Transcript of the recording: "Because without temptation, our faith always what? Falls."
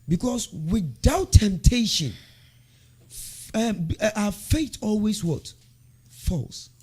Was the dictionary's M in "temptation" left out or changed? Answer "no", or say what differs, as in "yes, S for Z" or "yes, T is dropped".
no